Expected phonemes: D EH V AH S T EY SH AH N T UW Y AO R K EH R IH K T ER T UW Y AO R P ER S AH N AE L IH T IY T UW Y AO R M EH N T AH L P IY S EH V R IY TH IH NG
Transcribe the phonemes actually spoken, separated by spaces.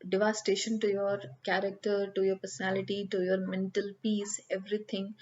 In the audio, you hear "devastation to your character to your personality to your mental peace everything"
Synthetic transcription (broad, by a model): D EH V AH S T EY SH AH N T UW Y AO R K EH R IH K T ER T UW Y AO R P ER S AH N AE L IH T IY T UW Y AO R M EH N T AH L P IY S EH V R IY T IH NG